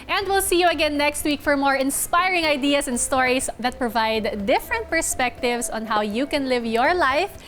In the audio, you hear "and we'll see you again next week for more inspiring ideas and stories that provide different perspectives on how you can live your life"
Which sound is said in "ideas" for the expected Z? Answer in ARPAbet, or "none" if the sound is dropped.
S